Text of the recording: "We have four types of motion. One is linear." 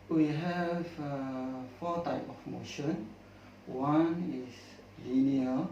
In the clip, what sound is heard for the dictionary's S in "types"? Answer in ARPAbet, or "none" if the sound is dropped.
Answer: none